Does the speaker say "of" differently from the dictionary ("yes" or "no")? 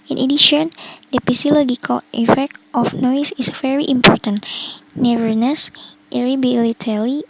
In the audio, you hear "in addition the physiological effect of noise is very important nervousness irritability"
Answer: yes